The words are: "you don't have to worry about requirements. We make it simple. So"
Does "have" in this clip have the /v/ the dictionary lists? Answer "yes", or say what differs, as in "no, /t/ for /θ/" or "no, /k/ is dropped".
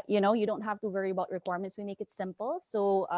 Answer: no, /f/ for /v/